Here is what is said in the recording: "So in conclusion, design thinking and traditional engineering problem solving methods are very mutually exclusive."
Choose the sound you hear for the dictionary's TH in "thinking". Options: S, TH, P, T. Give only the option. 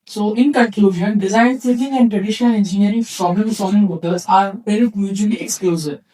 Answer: S